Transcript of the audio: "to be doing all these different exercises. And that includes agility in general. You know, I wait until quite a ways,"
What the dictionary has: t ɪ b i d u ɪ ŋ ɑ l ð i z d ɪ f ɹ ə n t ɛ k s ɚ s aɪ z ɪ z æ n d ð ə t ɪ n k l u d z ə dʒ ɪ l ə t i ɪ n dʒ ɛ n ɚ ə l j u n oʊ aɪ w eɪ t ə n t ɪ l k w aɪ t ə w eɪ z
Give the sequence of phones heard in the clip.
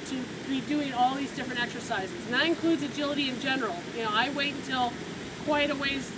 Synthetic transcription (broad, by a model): t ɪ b i d u ɪ ŋ ɑ l ð i z d ɪ f ɹ ə n t ɛ k s ɚ s aɪ z ɪ z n ð ə t ɪ n k l u d z ə dʒ ɪ l ə t i ɪ n dʒ ɛ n ɚ l j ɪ n oʊ aɪ w eɪ t n t ɪ l k w aɪ t ə w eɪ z